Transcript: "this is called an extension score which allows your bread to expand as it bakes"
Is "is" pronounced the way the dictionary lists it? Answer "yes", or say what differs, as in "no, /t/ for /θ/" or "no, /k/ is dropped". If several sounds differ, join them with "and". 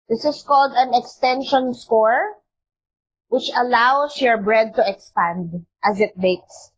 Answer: no, /s/ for /z/